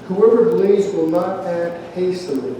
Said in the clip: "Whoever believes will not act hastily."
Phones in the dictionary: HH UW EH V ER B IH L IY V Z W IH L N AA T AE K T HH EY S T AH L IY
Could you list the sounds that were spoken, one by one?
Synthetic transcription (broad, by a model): HH UW EH V ER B L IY Z W IH L N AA T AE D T HH EY S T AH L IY